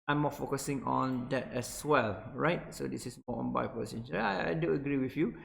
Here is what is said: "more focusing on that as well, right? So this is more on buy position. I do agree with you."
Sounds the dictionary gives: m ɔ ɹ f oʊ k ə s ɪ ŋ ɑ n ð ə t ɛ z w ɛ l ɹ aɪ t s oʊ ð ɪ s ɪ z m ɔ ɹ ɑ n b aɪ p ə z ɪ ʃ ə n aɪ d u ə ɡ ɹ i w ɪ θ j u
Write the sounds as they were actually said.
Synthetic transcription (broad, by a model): m ɔ f oʊ k ə s ɪ ŋ ɑ n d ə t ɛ s w ɛ l ɹ aɪ t s oʊ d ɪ s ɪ s m ɔ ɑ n b aɪ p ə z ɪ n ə aɪ d u ə ɡ ɹ i w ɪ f j u